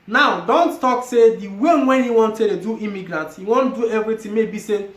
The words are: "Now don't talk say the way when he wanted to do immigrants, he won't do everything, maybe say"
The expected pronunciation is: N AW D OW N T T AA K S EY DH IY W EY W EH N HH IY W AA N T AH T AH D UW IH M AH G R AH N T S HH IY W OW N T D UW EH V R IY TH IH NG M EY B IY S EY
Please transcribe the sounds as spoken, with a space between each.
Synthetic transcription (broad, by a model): N AW D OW N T T AA K S EY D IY W EY W EH N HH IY W AA N T AH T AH D UW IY M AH G R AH N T HH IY W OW N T D UW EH V R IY T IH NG M EY B IY S EY